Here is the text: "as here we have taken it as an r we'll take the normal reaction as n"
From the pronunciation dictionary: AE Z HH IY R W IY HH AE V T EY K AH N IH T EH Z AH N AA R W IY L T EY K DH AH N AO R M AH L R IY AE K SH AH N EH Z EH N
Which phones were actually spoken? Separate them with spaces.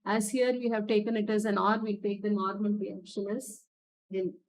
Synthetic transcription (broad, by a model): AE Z HH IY R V IY HH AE V T EY K AH N IH T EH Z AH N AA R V IY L T EY K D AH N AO R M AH N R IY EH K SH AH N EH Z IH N